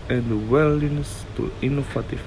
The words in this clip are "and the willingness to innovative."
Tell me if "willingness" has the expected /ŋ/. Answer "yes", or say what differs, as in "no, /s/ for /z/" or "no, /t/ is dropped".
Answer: no, /ŋ/ is dropped